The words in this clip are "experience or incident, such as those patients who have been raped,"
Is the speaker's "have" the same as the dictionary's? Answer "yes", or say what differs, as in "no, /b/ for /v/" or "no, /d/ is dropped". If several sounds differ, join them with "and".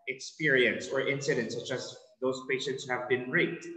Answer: yes